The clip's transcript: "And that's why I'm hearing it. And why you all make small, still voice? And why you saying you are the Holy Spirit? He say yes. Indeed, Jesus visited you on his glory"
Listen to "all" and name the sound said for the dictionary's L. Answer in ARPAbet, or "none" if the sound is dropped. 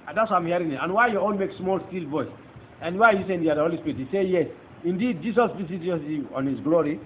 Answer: N